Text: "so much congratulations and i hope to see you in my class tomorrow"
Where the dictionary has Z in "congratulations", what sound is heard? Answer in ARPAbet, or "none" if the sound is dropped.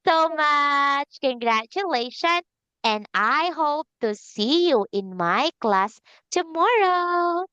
none